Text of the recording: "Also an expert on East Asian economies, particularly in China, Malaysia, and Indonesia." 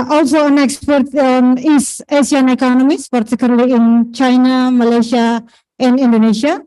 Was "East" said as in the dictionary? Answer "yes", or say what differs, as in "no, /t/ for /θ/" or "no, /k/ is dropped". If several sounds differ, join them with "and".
no, /t/ is dropped